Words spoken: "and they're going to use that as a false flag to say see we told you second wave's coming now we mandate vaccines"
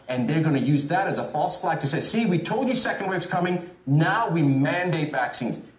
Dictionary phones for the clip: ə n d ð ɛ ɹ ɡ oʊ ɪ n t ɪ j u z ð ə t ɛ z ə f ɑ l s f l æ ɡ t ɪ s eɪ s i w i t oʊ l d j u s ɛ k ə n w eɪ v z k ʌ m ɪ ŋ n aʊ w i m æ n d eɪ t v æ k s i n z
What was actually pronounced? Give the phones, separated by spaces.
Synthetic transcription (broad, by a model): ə n ð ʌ ɹ ɡ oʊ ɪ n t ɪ j u z ð ə t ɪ z ə f ɑ l s f l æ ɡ t ɪ s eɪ s i w i t oʊ l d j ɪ s ɛ k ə n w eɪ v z k ʌ m ɪ ŋ n aʊ w i m æ n d eɪ t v æ k s i n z